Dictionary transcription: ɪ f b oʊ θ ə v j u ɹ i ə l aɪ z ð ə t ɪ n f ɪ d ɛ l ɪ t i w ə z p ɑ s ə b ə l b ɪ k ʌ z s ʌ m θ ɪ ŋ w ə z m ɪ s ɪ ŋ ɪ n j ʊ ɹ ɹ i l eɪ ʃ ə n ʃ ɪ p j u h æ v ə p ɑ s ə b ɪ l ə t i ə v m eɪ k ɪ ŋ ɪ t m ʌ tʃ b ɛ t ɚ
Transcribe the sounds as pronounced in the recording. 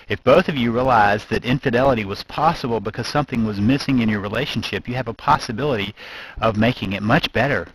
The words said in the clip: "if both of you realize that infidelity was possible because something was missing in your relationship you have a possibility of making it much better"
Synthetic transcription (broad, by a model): ɪ f b oʊ θ ə v j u ɹ i ə l aɪ z ð ə t ɪ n f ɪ d ɛ l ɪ t i w ə z p ɑ s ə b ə l b ɪ k ʌ z s ʌ m θ ɪ ŋ w ə z m ɪ s ɪ ŋ ɪ n j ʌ ɹ ɹ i l eɪ ʃ n ʃ ɪ p j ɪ v ə p ɑ s ə b ɪ l ə t i ə v m eɪ k ɪ ŋ ɪ t m ʌ tʃ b ɛ t ɚ